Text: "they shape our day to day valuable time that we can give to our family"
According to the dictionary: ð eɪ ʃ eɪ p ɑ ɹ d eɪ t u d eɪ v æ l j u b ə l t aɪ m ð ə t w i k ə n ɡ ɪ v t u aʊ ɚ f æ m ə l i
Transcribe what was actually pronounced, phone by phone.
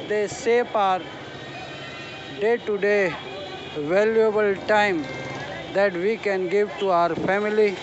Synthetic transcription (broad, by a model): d eɪ s eɪ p ɑ ɹ d eɪ t u d eɪ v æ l j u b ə l t aɪ m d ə t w i k ə n ɡ ɪ v t u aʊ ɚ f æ m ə l i